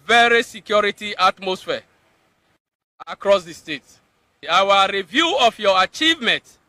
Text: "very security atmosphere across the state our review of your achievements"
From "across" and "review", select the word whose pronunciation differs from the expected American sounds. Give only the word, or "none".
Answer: none